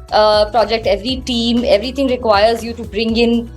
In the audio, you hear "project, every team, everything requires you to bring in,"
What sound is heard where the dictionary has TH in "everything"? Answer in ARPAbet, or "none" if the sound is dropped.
T